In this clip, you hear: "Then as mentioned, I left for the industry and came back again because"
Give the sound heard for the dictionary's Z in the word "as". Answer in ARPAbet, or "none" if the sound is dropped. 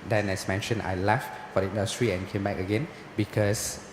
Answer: S